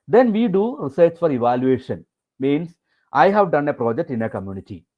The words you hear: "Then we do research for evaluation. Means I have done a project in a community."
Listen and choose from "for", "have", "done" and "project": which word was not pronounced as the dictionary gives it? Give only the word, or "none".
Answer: none